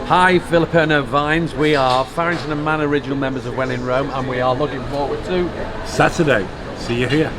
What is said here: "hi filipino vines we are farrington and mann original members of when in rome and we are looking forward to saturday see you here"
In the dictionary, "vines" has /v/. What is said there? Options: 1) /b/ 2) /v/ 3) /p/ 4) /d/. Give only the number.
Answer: 2